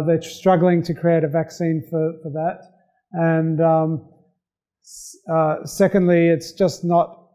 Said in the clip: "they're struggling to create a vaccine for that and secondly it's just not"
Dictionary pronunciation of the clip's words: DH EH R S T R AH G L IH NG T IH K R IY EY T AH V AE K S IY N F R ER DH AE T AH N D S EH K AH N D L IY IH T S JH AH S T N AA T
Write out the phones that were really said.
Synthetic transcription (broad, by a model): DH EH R S T R AH G L IH NG T IH K R IY EY T AH V AE K S IY N F R ER DH AE T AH N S S EH K AH N D L IY IH T S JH AH S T N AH T